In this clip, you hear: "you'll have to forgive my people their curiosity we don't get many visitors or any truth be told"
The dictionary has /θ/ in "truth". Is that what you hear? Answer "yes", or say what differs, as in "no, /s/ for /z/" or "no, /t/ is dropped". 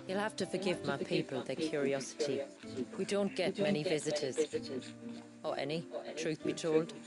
yes